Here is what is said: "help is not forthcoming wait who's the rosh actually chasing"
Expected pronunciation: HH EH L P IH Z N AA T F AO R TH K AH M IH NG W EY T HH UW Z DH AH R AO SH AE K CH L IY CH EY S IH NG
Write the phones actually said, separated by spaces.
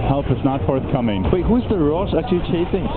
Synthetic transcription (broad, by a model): HH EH L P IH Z N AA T F AO R TH K AH M IH NG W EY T HH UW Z DH AH R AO S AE CH IY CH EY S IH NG